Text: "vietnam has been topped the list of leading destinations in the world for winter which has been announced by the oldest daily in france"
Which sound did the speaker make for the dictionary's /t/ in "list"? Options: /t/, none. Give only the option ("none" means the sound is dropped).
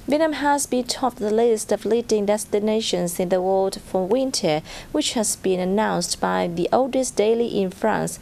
/t/